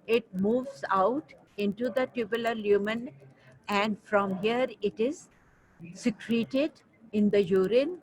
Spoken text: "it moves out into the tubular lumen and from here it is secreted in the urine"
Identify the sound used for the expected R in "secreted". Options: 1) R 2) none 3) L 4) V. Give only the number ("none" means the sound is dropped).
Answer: 1